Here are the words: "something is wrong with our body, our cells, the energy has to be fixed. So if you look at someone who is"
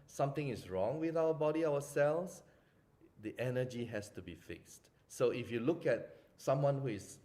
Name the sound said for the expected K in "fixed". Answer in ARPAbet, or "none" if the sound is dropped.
K